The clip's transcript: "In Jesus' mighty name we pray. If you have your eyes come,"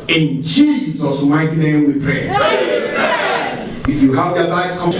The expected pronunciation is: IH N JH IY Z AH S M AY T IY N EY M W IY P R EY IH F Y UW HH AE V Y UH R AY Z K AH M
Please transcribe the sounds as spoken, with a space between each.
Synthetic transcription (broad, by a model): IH N JH IY Z AH S M AY T IY N EY M W IY P R EY IH F Y UW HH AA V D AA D AY S K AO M